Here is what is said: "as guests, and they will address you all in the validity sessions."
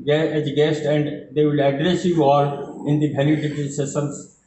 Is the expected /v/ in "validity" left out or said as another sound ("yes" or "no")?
yes